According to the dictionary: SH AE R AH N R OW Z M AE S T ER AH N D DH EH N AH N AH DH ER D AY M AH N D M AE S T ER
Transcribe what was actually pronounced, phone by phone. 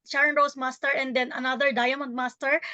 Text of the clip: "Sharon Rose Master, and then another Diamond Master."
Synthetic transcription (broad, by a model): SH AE R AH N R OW S M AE S T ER AH N D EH N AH N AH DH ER D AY M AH N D M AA S T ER